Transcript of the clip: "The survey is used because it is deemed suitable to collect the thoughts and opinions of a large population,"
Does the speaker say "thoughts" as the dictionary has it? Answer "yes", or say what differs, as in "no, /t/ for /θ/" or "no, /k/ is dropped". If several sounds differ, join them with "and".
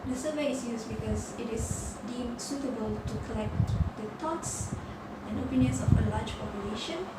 no, /t/ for /θ/